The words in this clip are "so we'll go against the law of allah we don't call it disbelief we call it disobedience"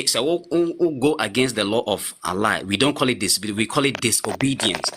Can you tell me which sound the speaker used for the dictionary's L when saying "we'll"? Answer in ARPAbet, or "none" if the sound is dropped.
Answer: W